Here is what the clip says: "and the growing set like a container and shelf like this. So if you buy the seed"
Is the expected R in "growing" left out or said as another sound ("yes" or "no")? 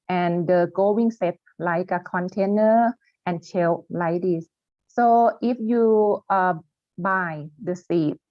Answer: yes